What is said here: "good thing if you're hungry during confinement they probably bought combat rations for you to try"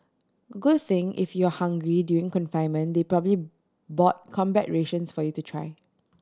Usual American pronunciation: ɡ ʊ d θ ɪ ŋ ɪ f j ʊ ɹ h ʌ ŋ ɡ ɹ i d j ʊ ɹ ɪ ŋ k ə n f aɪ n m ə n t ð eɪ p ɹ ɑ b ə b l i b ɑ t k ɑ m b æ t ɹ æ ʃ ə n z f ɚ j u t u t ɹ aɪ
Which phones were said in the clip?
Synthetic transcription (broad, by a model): ɡ ʊ d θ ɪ ŋ ɪ f j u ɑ h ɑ ŋ ɡ ɹ i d j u ɪ ŋ k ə n f aɪ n m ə n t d eɪ p ɹ ɑ b ə b l i b ɑ t k ɑ m b æ t ɹ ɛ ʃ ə n s f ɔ j u t u t ɹ aɪ